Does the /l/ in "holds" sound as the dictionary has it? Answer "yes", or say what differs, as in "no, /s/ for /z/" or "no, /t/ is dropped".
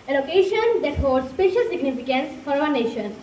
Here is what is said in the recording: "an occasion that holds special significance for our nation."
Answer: no, /l/ is dropped